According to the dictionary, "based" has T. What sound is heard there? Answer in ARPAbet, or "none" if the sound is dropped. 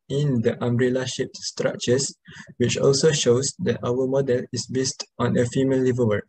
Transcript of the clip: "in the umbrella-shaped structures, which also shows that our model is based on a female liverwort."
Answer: T